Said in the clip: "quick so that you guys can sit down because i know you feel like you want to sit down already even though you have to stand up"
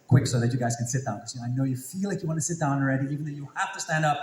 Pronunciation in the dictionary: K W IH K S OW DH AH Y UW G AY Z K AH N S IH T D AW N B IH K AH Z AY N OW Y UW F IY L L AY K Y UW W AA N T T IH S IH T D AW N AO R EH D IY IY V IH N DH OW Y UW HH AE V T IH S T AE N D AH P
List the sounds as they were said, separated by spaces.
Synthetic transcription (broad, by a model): K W IH K S OW DH AH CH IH G AY Z K AH N S IH T D AW N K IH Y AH AY N OW Y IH F IY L L AY K Y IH W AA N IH S IH T D AW N R EH D IY IY V IH N DH OW Y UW HH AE F T IH S T AE N D AH P